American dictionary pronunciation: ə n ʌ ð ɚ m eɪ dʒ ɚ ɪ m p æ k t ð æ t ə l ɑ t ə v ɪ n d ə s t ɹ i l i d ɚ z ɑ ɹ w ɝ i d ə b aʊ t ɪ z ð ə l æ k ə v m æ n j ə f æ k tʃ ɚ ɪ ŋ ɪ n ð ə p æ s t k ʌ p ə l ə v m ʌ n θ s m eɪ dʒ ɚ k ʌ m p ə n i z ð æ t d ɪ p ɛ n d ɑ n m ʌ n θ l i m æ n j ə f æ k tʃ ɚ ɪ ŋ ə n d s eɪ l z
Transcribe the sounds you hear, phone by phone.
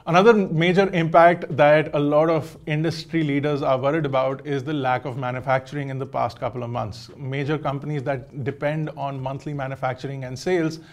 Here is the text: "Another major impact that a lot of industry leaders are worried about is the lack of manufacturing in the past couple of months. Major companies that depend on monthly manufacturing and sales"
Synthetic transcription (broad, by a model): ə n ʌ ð ɚ m eɪ dʒ ɚ ɪ m p æ k t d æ t ə l ɑ t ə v ɪ n d ə s t ɹ i l i d ɚ z ɑ ɹ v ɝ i d ə b aʊ t ɪ z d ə l æ k ə v m æ n j ə f æ k tʃ ɚ ɪ ŋ ɪ n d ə p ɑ s t k ʌ p ə l ə v m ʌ n t s m eɪ dʒ ɚ k ʌ m p ə n i z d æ t d ɪ p ɛ n d ɑ n m ʌ n t l i m æ n j ə f æ k tʃ ɚ ɪ ŋ ə n d s eɪ l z